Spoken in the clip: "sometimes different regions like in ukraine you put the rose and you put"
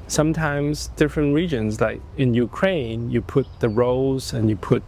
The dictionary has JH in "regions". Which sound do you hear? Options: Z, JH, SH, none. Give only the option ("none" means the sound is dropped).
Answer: JH